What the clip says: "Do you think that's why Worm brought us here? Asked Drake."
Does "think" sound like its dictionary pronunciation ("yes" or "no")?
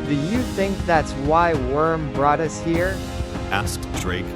yes